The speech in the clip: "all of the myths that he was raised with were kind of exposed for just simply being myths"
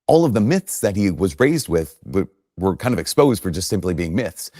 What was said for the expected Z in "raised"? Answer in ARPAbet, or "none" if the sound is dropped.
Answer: Z